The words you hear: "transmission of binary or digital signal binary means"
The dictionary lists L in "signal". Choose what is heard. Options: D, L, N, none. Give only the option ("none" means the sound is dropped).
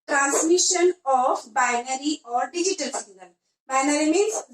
N